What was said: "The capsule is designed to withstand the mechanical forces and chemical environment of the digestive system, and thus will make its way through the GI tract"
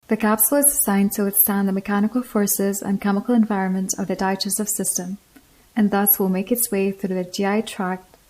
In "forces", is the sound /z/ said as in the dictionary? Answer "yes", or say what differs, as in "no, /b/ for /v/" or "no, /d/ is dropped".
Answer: yes